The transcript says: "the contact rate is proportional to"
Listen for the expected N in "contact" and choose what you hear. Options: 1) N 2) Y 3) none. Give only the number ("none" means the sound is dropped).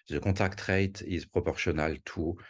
3